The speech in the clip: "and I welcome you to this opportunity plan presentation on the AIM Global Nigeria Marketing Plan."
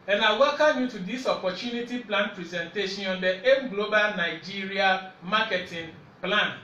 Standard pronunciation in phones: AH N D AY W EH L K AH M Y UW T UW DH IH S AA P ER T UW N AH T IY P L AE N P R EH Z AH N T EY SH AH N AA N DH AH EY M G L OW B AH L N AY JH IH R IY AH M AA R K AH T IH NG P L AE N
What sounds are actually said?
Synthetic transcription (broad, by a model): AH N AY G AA K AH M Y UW T UW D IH S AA P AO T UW N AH T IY P L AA N P R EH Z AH N T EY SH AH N AA N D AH EY M G L OW B AH L N AY JH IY R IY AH M AA K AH T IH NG P L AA N